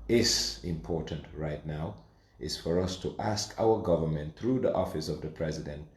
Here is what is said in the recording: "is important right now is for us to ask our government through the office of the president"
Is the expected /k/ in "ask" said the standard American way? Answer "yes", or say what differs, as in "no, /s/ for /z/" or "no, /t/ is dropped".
yes